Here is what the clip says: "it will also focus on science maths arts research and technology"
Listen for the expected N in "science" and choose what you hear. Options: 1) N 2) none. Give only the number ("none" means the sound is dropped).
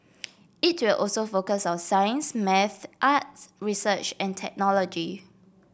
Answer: 1